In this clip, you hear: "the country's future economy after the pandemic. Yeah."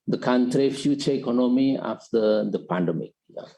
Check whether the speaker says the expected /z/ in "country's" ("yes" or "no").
no